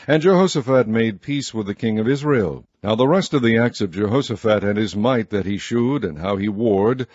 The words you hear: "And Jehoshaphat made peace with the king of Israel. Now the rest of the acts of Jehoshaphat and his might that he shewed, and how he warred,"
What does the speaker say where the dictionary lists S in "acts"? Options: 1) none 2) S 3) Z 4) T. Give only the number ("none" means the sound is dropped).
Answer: 2